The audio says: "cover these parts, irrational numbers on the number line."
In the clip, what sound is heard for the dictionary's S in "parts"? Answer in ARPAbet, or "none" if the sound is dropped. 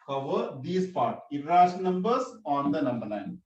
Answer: none